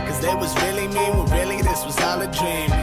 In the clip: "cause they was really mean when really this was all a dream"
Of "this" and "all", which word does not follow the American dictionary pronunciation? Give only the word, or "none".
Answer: none